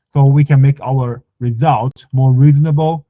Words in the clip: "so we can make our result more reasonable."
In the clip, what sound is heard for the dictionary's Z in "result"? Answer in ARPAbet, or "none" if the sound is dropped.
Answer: Z